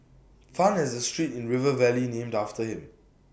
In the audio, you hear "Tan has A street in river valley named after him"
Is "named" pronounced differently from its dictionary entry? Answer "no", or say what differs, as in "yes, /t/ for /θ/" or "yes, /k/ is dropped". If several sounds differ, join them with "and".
no